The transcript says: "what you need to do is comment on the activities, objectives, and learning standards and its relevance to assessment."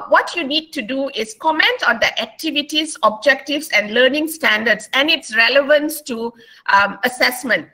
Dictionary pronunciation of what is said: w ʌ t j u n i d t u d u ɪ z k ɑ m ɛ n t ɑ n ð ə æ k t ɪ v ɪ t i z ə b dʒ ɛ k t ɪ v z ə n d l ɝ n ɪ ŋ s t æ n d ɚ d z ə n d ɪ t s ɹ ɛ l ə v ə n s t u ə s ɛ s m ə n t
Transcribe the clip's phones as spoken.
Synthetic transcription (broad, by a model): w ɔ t j u n i d t u d u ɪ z k ɑ m ɛ n t ɑ n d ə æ k t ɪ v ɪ t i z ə b dʒ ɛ k t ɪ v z ə n d l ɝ n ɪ ŋ s t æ n d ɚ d s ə n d ɪ t s ɹ ɛ l ə v ə n s t u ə s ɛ s m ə n t